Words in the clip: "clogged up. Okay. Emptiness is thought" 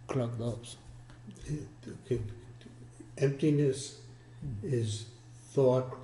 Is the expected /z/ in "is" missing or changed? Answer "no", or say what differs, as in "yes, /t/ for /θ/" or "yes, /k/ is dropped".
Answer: no